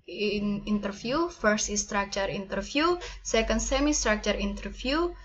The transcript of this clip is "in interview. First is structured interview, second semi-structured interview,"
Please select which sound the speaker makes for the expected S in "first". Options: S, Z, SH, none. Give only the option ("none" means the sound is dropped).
S